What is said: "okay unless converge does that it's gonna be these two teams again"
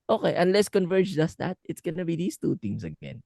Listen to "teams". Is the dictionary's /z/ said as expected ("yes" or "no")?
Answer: no